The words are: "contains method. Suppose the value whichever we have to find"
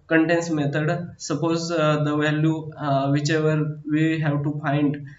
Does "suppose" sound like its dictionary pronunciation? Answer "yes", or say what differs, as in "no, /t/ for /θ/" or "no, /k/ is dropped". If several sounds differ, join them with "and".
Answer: yes